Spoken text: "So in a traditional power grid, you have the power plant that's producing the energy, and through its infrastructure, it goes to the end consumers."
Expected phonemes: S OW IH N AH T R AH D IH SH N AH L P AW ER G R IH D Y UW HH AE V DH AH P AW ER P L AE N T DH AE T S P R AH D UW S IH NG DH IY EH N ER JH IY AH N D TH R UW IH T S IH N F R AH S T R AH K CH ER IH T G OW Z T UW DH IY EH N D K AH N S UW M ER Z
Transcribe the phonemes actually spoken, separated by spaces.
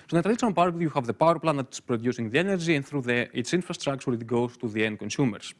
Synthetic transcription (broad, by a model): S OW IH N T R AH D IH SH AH N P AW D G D Y UW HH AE V DH AH P AW ER P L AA N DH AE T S P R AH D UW S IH NG DH IY EH N ER JH IY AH N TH R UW IH T S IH N F R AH S T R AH K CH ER IH T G OW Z T UW DH IY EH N K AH N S UW M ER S